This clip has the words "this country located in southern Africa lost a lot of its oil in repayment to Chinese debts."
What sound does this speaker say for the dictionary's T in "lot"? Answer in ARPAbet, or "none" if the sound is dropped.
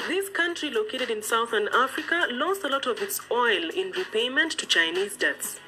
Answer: T